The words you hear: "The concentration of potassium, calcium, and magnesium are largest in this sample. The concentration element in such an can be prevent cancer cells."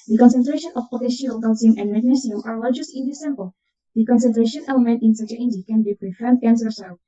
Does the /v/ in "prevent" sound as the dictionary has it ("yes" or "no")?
no